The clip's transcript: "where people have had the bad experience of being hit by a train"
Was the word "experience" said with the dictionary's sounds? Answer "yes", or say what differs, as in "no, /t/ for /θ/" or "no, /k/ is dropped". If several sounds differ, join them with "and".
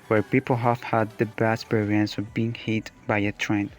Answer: no, /k/ is dropped